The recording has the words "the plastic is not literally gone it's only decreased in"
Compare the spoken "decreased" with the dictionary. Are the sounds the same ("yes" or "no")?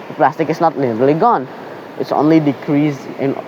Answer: no